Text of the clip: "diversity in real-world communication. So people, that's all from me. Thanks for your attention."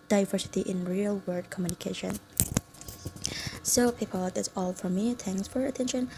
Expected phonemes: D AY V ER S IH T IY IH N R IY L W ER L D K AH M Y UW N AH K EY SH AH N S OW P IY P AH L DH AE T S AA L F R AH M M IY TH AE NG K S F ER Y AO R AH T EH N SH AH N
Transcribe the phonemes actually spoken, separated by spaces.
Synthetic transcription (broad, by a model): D AY V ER S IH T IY IH N R IY L W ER D K AH M Y UW N AH K EY SH AH N S OW P IY P AH L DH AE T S AA L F R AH M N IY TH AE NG S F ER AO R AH T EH N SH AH N